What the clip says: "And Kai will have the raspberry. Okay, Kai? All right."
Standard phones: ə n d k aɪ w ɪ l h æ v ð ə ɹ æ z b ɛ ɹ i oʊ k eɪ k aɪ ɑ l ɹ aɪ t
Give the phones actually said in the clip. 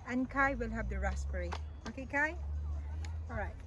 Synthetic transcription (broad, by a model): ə n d k aɪ w ɪ l h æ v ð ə ɹ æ s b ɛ ɹ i oʊ k eɪ k aɪ ɑ l ɹ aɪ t